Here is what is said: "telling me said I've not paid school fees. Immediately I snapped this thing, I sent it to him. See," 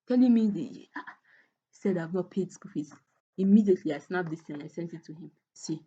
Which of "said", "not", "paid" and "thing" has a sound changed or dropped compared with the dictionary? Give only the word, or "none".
thing